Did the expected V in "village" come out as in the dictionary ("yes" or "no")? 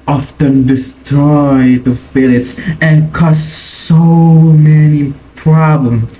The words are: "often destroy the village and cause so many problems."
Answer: no